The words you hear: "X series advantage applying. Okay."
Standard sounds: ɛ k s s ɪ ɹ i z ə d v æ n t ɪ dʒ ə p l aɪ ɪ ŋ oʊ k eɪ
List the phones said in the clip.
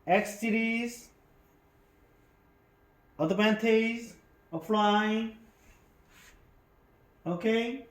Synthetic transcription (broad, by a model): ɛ k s s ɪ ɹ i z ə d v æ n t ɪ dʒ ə f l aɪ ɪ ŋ oʊ k eɪ